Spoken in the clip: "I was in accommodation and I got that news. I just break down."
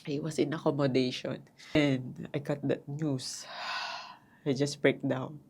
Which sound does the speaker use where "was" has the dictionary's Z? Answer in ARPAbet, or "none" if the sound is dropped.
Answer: S